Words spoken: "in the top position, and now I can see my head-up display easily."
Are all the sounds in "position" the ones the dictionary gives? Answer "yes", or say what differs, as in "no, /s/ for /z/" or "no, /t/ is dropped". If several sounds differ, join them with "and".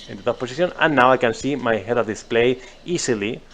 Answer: no, /s/ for /z/